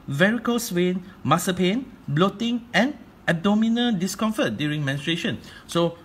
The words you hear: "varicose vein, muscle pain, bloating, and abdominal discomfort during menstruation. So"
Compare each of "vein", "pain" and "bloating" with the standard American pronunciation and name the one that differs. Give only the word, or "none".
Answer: vein